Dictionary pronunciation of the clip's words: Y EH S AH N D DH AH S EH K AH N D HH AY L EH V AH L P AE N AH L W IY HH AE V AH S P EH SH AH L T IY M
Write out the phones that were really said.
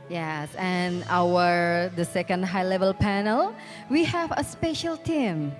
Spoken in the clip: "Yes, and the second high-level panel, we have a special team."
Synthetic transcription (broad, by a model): Y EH S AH N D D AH S EH K AH N D HH AY L EH V AH L P AE N AH L W IY HH AE V AH S P EH SH AH L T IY M